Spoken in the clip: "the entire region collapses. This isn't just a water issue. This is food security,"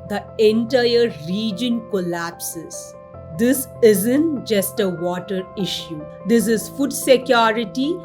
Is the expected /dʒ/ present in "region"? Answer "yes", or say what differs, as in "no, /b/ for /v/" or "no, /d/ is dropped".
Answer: yes